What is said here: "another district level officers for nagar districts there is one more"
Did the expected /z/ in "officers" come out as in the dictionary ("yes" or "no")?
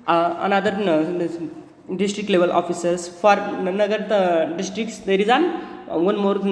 no